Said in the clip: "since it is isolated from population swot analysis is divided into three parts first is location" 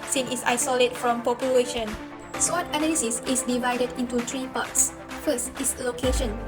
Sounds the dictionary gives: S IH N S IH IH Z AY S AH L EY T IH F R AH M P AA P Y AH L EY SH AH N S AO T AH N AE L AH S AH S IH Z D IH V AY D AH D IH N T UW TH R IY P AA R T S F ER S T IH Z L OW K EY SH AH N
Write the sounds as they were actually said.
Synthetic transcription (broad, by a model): S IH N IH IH S AY S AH L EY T F R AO M P AA P Y AH L EY SH AH N S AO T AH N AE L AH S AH S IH S D IH V AY D AH D IH N T UW T R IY P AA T S F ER S T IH S L OW K EY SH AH N